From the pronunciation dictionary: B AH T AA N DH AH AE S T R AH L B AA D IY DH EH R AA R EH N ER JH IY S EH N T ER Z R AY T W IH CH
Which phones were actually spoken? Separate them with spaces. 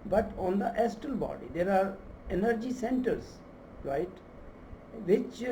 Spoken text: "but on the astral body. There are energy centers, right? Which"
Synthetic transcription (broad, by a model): B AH T AA N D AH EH S T AH L B AA D IY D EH R AA R EH N ER JH IY S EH N T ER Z R AY T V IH CH